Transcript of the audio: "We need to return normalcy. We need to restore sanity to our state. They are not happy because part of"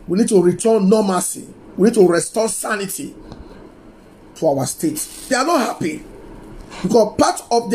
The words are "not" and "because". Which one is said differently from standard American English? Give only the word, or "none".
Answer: because